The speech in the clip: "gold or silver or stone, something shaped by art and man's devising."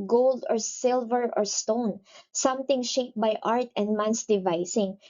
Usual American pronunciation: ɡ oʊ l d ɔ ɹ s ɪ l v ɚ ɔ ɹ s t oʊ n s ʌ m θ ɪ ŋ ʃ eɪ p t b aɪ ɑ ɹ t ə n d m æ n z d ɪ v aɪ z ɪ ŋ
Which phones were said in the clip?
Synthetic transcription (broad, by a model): ɡ oʊ l d ɔ ɹ s ɪ l v ɚ ɔ ɹ s t oʊ n s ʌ m t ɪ ŋ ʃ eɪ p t b aɪ ɑ ɹ t ə n d m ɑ n s d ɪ v aɪ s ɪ ŋ